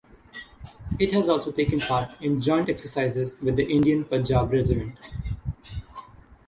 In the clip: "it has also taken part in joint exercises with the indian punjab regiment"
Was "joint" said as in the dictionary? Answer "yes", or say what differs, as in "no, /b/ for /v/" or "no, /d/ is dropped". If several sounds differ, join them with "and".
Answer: yes